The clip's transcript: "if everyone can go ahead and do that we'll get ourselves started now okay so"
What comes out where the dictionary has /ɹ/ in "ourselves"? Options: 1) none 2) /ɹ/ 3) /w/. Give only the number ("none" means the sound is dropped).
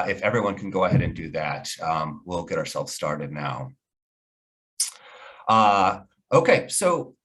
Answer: 2